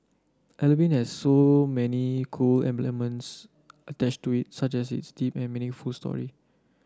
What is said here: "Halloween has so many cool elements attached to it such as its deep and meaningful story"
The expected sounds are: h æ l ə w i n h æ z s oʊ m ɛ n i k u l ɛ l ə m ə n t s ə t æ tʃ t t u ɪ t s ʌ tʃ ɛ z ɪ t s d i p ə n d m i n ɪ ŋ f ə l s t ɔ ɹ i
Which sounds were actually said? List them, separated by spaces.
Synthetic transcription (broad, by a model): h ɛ l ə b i n h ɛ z s oʊ m ɛ n i k u l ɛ l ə m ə n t s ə t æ tʃ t t u ɪ t s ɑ tʃ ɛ s ɪ t s d i p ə n m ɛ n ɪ f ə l s t ɔ ɹ i